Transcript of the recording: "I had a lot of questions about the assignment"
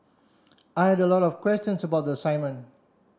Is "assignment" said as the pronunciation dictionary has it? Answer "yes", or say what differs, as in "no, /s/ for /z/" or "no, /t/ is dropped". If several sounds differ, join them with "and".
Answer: no, /t/ is dropped